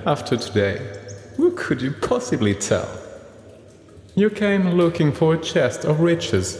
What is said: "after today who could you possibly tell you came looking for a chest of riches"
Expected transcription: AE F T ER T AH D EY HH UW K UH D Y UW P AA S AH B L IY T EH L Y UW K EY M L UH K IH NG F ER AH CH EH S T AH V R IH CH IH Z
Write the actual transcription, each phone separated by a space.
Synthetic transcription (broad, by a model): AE F T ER T AH D EY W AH K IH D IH P AA S AH B L IY T EH L Y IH K EY M L UH K IH NG F ER AH CH EH S T AH V R IH CH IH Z